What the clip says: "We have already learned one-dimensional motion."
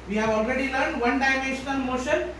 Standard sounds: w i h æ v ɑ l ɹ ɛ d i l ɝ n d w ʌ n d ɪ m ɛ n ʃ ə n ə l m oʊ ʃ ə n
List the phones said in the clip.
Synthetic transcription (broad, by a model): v i h æ v ɑ l ɹ ɛ d i l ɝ n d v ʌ n d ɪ m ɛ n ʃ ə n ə n m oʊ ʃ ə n